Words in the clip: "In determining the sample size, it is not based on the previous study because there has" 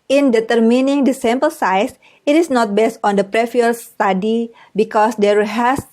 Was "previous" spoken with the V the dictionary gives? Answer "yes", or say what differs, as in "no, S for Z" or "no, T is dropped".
no, F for V